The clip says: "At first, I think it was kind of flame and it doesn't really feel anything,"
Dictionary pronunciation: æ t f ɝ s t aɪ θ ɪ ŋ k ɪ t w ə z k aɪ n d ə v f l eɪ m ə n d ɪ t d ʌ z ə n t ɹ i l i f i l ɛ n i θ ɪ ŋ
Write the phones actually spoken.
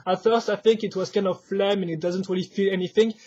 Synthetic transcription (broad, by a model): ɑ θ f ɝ s t aɪ θ ɪ ŋ k ɪ t w ə z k aɪ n d ə v f l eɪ m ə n ɪ t d ʌ z ə n t ɹ i l i f i l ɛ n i θ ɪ ŋ